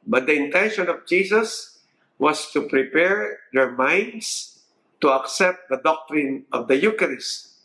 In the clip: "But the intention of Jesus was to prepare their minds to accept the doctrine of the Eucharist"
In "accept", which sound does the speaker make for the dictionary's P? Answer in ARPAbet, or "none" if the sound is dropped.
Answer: P